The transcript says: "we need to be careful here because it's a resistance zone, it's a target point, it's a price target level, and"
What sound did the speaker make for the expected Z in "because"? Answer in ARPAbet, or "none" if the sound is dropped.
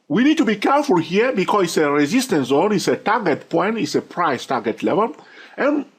none